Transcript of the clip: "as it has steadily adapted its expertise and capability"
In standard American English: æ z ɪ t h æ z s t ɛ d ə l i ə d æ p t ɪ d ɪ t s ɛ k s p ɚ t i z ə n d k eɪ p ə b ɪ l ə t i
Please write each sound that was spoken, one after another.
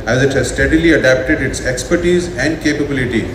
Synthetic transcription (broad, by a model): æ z ɪ t h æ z s t ɛ d ə l i ə d æ p t ɪ d ɪ t s ɛ k s p ɚ t i z ə n d k eɪ p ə b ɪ l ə t i